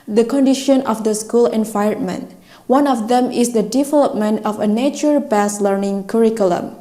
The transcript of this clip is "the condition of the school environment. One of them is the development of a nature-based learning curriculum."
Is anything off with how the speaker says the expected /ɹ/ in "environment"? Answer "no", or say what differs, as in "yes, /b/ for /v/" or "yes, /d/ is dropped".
yes, /ɹ/ is dropped